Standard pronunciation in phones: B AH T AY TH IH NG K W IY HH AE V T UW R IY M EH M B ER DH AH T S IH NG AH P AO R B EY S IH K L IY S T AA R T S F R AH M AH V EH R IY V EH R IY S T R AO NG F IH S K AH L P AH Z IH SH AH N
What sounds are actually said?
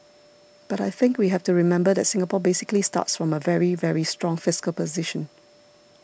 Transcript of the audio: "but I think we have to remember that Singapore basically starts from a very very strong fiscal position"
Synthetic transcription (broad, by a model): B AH T AY TH IH NG K W IY HH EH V T UW R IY M EH M B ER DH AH T S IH NG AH P AO B EY S IH K L IY S T AA T S F R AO M AH V EH R IY V EH R IY S T R AO NG F IH S K AH L P AH Z IH SH AH N